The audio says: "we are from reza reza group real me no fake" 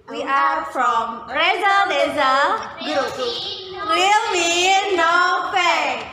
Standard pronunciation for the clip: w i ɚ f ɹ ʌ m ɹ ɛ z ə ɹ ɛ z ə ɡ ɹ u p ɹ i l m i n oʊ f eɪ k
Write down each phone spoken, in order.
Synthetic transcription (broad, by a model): w i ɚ f ɹ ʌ m ɹ ɛ z ə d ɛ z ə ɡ u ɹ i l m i n oʊ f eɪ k